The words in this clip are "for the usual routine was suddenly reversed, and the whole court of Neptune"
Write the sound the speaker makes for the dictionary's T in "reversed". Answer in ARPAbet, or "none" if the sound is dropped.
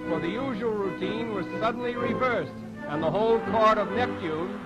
T